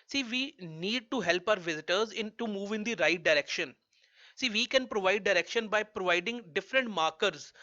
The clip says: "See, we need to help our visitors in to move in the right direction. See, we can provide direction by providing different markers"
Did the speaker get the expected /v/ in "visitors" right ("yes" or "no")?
yes